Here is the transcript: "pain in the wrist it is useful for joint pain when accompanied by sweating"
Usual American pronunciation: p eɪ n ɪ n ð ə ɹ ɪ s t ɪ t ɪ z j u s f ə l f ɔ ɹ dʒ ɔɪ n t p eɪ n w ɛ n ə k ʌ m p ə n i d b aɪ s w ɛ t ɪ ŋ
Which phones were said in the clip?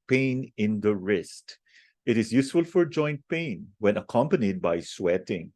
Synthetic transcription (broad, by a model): p eɪ n ɪ n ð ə ɹ ɪ s t ɪ t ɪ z j u s f ə l f ɔ ɹ dʒ ɔɪ n t p eɪ n w ɛ n ə k ʌ m p ə n i d b aɪ s w ɛ t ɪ ŋ